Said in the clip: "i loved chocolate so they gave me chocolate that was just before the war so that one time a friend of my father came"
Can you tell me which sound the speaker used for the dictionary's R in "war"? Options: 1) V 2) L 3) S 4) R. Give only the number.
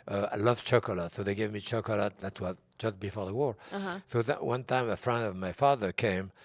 4